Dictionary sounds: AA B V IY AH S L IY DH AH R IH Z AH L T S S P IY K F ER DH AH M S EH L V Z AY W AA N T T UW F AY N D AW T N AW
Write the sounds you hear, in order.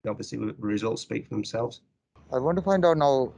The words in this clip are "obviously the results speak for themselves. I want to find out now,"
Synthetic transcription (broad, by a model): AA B V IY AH S L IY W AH R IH Z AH L T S S P IY K F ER DH AH M S EH L V Z AY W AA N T T UW F AY N D AW T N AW